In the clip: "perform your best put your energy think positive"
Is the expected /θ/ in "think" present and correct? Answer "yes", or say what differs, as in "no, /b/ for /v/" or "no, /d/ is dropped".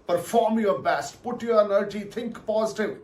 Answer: no, /t/ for /θ/